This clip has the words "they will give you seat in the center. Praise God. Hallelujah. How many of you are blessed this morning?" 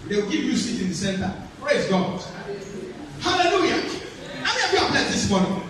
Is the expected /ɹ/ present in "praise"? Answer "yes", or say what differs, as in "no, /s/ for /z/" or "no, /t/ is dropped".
yes